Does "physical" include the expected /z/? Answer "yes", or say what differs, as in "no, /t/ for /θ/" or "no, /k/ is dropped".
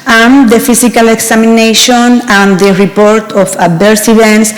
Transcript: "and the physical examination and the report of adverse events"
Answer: no, /s/ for /z/